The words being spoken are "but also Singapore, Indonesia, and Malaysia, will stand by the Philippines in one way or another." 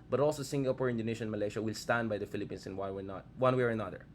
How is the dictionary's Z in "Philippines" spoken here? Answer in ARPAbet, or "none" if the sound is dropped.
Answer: S